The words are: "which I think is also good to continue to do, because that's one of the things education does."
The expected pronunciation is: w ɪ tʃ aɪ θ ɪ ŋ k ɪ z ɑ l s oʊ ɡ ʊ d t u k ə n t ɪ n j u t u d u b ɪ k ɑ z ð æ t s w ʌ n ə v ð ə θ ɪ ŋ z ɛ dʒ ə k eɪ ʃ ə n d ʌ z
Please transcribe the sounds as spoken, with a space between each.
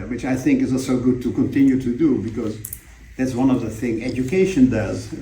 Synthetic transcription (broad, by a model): w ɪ tʃ aɪ θ ɪ ŋ k ɪ z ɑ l s oʊ ɡ ʊ d t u k ə n t ɪ n j u t u d u b ɪ k ɑ z ð æ t s w ʌ n ə v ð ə θ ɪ ŋ ɛ dʒ ə k eɪ ʃ ə n d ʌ z